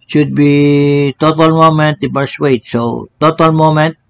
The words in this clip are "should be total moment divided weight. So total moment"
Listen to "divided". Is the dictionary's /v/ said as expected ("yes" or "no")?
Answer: no